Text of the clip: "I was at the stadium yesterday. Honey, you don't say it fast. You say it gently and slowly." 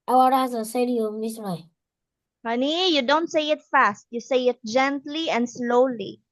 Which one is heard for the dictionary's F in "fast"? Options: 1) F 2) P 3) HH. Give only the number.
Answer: 1